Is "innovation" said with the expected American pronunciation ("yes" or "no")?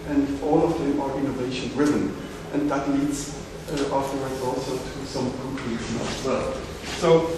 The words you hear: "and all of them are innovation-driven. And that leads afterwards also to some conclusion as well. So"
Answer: yes